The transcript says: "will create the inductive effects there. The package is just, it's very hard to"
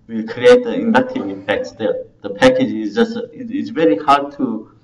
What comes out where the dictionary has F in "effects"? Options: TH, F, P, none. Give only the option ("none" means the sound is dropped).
P